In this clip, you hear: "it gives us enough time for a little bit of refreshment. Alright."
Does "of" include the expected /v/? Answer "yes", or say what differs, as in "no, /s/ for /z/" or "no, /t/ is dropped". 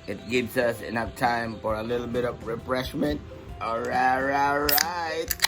yes